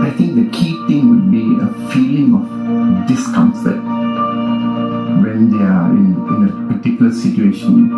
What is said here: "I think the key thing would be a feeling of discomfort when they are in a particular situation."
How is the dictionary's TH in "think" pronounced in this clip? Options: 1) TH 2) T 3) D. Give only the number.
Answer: 2